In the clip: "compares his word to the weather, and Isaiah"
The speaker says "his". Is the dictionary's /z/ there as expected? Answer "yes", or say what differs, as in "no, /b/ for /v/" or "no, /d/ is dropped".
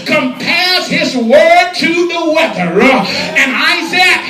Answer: yes